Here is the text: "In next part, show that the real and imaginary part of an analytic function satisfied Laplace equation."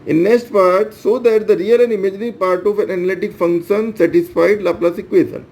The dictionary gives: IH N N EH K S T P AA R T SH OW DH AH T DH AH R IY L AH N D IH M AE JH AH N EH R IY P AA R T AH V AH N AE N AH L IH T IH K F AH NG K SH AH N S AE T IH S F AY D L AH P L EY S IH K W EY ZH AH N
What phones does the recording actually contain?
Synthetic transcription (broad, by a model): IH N N EH K S T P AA R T S OW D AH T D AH R IY L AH N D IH M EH JH N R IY P AA R T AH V AH N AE N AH L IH T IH K F AH NG K SH AH N S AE T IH S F AY D L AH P L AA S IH K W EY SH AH N